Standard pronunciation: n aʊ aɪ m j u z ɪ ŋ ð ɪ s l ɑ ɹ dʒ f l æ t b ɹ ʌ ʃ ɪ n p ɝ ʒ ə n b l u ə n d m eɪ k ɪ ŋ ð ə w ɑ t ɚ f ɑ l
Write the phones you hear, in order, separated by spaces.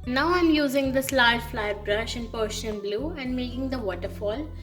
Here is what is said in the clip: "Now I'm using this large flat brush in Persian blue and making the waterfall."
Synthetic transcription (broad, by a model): n aʊ aɪ m j u z ɪ ŋ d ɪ s l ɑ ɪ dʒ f l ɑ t b ɹ ʌ ʃ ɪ n p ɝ ʃ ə n b l u ə n d m eɪ k ɪ ŋ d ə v ɑ t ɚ f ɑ l